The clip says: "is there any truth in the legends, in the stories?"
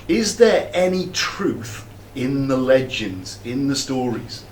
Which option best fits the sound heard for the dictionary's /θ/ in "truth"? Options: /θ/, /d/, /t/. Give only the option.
/θ/